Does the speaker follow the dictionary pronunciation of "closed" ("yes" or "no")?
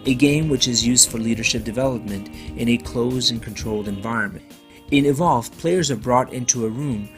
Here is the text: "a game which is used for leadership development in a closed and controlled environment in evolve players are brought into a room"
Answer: no